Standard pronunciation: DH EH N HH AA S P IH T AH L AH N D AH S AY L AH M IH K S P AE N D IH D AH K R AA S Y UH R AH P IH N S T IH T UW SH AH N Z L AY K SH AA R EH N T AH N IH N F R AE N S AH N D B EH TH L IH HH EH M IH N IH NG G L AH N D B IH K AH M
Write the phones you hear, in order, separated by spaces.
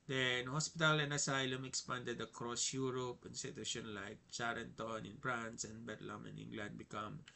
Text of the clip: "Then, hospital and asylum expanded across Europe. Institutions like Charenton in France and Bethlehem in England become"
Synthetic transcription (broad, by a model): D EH N HH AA S P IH T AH L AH N AH S AY L AH M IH K S P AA N D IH D AH K R AA S Y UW R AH P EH N S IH T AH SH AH N L AY K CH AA R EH N T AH N IH N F R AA N S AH N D B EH T L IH M IH N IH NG G L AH N D B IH K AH M